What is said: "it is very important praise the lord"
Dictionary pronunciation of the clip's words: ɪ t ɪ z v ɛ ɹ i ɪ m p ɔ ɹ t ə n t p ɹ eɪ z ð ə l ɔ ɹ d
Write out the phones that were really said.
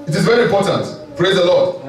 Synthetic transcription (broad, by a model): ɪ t ɪ z v ɛ ɹ i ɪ m p ɔ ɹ t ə n t p ɹ eɪ z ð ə l ɔ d